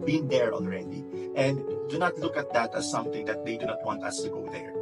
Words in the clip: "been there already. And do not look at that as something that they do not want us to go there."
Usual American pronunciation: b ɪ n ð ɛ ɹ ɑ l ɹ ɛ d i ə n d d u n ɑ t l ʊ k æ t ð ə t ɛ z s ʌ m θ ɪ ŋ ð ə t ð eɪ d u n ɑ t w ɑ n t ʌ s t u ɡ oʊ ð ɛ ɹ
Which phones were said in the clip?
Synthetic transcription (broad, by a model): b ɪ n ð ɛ ɹ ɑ n ɹ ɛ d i ə n d d u n ɑ t l ʊ k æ t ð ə t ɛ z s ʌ m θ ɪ ŋ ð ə t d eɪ d u n ɑ t w ɑ n t ʌ s t u ɡ oʊ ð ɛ ɹ